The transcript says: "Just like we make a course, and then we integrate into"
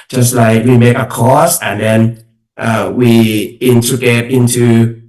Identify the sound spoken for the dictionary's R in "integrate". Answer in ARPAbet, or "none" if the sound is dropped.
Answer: none